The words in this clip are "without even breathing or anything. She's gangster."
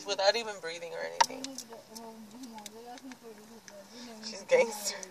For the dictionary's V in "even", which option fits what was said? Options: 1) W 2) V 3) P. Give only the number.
2